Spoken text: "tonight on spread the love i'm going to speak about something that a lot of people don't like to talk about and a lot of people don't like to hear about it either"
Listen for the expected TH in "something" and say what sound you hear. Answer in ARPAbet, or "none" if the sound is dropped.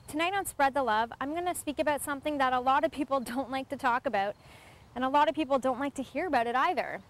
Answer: TH